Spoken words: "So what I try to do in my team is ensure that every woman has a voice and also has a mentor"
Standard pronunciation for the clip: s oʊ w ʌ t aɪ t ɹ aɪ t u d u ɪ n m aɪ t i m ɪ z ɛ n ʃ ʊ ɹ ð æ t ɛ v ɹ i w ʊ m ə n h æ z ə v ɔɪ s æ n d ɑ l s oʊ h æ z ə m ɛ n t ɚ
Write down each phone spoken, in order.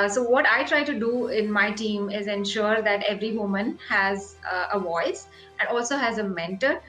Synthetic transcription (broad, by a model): s oʊ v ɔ t aɪ t ɹ aɪ t u d u ɪ n m aɪ t i m ɪ z ɛ n ʃ ʊ ɹ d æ t ɛ v ɹ i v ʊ m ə n h æ z ə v ɔɪ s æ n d ɑ l s oʊ h æ z ə m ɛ n t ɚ